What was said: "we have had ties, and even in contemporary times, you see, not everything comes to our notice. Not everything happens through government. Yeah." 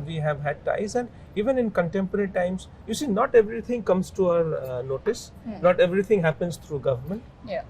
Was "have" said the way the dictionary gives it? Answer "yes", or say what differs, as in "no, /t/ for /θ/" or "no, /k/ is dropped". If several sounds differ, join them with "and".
yes